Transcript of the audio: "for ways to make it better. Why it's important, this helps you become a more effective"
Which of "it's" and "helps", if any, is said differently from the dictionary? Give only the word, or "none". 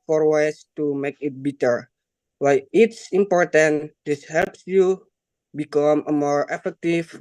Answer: none